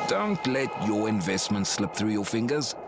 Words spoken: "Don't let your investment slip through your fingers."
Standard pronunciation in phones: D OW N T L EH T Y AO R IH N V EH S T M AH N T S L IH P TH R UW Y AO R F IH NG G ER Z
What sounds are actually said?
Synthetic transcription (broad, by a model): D OW N T L EH T Y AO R IH N V EH S T M AH N T S L IH P TH R UW Y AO F IH NG G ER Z